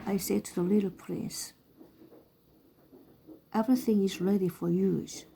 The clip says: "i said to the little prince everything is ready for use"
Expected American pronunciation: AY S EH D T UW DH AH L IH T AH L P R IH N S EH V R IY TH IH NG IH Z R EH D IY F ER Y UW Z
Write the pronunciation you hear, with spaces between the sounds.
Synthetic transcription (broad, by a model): AY S EH D T UW DH AH L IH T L P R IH N S EH V R IY TH IH NG IH Z R EH D IY F ER Y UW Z